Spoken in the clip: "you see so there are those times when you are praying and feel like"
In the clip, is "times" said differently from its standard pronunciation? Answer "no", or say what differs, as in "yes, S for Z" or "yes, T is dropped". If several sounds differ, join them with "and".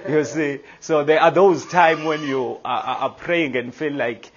yes, Z is dropped